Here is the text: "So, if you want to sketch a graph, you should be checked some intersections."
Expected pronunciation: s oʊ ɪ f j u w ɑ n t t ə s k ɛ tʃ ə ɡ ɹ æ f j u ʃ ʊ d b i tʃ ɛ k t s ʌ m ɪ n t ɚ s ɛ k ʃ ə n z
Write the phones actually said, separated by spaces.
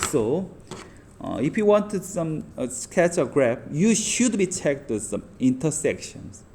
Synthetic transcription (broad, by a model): s oʊ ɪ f j u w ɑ n t s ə s k ɛ tʃ ə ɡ ɹ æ p j u ʃ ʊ d b i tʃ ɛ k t s ʌ m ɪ n t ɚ s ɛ k ʃ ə n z